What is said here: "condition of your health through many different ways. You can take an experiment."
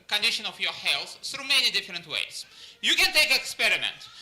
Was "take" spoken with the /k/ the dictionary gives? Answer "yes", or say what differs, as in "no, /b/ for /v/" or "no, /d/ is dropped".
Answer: no, /k/ is dropped